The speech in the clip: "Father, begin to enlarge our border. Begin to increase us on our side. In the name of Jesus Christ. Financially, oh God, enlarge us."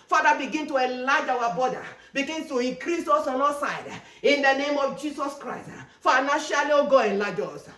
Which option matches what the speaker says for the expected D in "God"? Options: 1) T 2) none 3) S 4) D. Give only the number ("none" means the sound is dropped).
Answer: 2